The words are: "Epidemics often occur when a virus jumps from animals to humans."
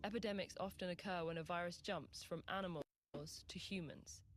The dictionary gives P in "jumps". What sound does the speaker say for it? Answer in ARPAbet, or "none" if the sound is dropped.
P